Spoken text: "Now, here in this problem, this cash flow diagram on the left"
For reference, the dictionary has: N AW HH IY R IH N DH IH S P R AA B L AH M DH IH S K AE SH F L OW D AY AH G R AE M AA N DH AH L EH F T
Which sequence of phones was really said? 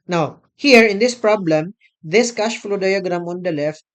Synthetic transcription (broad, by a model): N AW HH IY R IH N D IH S P R AA B L AH M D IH S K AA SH F L OW D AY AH G R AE M AA N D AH L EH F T